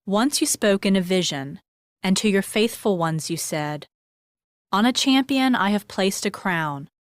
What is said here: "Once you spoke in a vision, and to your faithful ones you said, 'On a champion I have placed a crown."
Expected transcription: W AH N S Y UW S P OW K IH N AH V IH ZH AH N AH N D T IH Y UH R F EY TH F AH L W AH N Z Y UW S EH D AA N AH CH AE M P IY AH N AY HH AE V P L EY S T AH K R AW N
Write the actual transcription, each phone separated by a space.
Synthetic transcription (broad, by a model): W AH N S Y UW S P OW K IH N AH V IH ZH AH N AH N T IH Y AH R F EY TH F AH L W AH N Z Y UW S EH D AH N AH CH AE M P IY AH N AY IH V P L EY S T AH K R AW N